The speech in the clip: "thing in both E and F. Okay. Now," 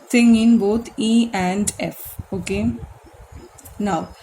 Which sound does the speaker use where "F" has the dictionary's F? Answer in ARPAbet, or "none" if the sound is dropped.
F